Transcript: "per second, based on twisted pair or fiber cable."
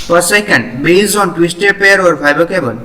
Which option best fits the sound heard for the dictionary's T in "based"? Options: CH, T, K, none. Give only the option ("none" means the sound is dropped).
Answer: none